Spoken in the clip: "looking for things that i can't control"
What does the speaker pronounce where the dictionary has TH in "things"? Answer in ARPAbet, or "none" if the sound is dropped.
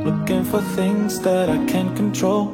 TH